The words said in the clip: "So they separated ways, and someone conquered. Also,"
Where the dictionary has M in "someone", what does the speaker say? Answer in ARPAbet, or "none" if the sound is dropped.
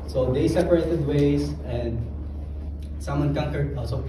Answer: M